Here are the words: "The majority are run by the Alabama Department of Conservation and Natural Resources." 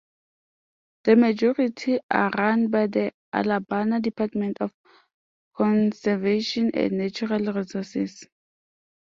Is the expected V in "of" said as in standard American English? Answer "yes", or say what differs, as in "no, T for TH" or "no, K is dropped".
no, F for V